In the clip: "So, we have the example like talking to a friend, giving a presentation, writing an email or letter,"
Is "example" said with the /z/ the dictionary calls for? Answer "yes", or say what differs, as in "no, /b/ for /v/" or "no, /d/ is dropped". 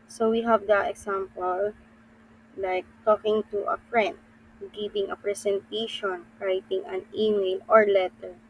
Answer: no, /s/ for /z/